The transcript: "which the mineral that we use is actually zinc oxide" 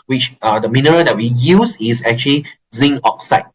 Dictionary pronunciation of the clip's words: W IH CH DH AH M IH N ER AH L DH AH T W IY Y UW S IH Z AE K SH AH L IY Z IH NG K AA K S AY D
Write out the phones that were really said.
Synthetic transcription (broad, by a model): W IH CH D AH M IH N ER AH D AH T W IY Y UW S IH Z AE K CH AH L IY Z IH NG AA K S AY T